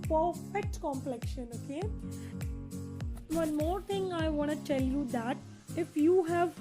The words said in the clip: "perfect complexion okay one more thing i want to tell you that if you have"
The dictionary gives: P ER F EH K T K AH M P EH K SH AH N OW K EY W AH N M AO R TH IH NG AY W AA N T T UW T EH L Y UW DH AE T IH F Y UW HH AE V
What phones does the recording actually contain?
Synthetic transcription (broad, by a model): P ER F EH K T K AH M P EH K SH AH N OW K EY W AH N M AO R T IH NG AY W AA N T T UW T EH L Y UW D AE T IH F Y UW HH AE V